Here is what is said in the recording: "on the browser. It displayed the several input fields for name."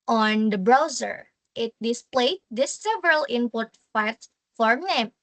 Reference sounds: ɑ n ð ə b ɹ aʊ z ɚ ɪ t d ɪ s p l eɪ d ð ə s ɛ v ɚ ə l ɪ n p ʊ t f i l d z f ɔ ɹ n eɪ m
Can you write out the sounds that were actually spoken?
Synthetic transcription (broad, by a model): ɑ n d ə b ɹ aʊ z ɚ ɪ t d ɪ s p l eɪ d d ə s ɛ v ɚ ə l ɪ n p ʊ t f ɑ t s f ɔ ɹ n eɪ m